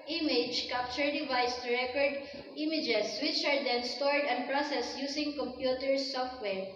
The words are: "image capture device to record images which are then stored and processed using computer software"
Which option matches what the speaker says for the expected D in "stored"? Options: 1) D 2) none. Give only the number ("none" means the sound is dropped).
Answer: 1